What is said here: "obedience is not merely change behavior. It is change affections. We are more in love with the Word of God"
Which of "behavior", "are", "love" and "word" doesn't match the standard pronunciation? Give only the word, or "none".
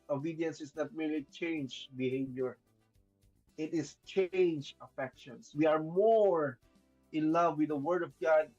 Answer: none